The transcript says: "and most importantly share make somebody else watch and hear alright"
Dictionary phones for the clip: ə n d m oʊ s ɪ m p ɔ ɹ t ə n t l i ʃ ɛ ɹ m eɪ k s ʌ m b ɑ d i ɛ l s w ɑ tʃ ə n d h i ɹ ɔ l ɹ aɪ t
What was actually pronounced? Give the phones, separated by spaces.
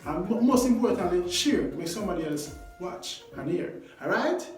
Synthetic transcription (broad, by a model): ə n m m oʊ s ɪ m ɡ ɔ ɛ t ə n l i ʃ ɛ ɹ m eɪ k s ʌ m b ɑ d i ɛ l s w ɑ tʃ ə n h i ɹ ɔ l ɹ aɪ t